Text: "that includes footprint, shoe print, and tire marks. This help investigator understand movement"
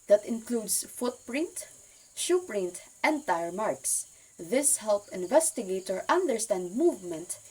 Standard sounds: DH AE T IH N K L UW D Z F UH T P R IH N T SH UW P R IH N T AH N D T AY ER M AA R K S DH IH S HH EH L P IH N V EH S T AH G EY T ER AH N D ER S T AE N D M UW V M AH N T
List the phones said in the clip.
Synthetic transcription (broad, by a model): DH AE T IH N K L UW D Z F UH T P R IH N T SH UW P R IH N T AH N T AY ER M AA R K S DH IH S HH EH L P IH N V EH S T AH G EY T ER AH N D ER S T AE N D M UW V M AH N T